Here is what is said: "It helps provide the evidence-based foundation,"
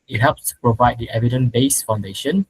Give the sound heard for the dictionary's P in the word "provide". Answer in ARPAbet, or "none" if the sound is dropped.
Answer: P